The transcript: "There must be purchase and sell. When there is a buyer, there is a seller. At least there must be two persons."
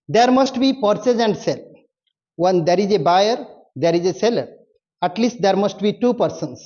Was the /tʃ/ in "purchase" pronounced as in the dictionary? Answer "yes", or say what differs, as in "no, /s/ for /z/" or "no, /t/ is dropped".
no, /s/ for /tʃ/